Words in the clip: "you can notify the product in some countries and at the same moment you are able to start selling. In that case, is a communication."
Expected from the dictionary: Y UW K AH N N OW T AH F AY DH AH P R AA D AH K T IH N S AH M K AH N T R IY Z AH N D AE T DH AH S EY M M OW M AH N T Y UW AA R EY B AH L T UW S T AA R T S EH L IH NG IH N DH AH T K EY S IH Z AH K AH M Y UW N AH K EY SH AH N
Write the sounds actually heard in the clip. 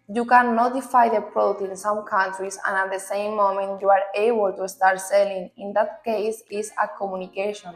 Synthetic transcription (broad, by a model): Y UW K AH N N OW T AH F AY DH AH P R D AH T IH N S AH M K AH N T R IY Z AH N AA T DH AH S EY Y M OW M AH N T Y UW AA R EY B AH L T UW S T AA R T S EH L IH NG IH N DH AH T K EY S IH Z AH K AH M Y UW N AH K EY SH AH N